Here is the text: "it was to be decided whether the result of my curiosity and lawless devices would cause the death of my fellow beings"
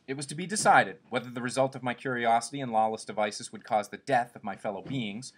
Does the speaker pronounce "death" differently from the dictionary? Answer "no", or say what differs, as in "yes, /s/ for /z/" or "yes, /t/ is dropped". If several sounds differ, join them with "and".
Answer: no